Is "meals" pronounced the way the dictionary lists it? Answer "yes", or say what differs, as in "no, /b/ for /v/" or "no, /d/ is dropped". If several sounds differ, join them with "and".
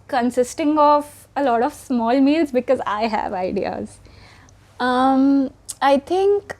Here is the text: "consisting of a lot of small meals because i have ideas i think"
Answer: yes